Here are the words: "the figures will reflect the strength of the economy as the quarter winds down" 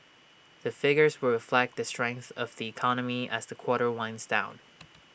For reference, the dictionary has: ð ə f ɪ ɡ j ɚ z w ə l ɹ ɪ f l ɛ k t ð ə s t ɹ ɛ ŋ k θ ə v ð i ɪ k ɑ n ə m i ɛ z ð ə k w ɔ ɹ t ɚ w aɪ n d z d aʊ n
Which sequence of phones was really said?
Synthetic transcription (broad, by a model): ð ə f ɪ ɡ j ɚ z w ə ɹ ɪ f l ɛ k t ð ə s t ɹ ɛ ŋ k θ ə v ð i ɪ k ɑ n ə m i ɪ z ð ə k w ɔ ɹ t ɚ w aɪ n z d aʊ n